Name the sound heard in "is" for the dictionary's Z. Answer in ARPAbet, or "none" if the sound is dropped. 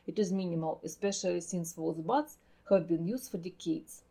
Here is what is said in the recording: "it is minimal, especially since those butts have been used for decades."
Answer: Z